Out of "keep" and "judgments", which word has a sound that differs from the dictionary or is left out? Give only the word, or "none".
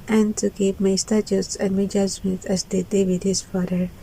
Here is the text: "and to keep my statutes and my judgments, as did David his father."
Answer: judgments